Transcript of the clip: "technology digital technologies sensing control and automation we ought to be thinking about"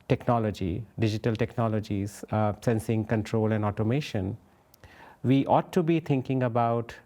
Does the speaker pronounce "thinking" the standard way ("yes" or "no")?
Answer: no